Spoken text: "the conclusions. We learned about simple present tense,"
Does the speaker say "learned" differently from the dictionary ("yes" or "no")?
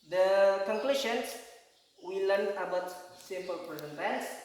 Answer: yes